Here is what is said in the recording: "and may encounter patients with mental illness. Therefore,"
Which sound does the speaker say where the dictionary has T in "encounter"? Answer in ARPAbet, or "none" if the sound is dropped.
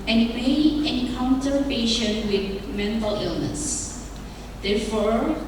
S